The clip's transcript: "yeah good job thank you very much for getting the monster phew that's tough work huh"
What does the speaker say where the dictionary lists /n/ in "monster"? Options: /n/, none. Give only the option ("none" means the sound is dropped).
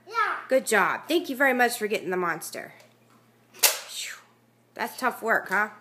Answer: /n/